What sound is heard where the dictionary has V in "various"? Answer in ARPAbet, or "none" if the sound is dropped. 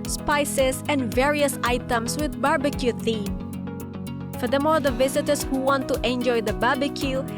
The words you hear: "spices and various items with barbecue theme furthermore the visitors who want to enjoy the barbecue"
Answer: V